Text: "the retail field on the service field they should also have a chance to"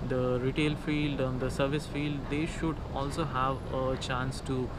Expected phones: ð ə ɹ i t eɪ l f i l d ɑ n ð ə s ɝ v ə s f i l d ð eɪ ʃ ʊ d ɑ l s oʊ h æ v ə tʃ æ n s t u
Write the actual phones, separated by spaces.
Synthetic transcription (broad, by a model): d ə ɹ i t eɪ l f i l d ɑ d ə s ɝ v ə s f i l d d eɪ ʃ ʊ d ɑ l s oʊ h æ v ə tʃ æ n s t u